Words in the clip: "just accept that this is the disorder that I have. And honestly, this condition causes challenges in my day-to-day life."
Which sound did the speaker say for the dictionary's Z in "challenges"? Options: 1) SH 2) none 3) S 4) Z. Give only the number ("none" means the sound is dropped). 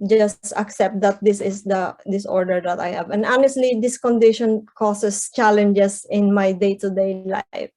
3